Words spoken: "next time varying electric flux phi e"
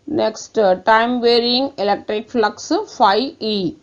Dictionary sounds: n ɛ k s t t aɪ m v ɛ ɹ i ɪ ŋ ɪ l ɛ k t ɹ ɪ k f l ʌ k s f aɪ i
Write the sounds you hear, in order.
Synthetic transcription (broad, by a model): n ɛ k s t t aɪ m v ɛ ɹ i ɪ ŋ ɪ l ɛ k t ɹ ɪ k f l ʌ k s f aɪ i